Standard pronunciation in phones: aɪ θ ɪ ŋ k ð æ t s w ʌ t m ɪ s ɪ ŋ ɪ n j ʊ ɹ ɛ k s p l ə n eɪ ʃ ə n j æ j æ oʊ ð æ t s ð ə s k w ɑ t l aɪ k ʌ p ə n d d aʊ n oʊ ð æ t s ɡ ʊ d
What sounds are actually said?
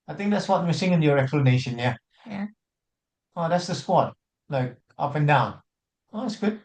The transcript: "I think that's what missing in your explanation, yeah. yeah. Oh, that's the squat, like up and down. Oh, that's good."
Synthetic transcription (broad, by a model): aɪ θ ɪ ŋ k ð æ t s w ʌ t m ɪ s ɪ ŋ ɪ n j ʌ ɹ ɛ k s p l ə n eɪ ʃ ə n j j æ oʊ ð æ t s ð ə s k w ɑ t l aɪ k ʌ p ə n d d aʊ n oʊ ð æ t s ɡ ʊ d